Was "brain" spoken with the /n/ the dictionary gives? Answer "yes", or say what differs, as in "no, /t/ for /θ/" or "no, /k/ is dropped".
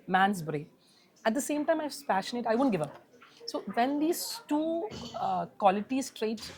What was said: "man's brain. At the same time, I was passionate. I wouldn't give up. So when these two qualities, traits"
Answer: no, /n/ is dropped